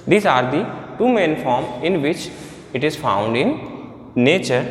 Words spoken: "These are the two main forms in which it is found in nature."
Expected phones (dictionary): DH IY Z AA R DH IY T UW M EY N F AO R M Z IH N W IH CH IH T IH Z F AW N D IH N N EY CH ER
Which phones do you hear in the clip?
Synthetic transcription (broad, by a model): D IY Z AA R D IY T UW M EY N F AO R M IH N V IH CH IH T IH Z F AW N D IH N N EY CH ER